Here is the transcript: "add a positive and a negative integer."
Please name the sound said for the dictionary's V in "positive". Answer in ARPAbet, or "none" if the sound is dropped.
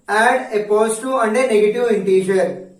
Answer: none